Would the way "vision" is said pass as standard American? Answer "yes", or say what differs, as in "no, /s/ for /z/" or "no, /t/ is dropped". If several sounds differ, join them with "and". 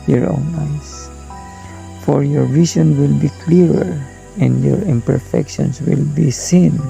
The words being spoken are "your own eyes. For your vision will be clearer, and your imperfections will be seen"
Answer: no, /s/ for /ʒ/